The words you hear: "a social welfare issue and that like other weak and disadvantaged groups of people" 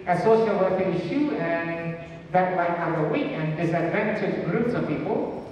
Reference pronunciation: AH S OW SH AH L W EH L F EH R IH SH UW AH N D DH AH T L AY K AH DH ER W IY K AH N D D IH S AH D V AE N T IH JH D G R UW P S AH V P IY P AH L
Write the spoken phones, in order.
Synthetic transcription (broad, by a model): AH S OW SH AH L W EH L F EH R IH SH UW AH N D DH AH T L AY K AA ER W IY K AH N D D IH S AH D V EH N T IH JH G R UW P S AH V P IY P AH L